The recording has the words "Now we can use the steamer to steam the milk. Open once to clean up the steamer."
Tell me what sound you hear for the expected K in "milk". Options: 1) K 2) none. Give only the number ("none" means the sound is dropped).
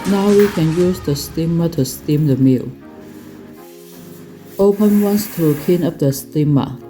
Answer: 2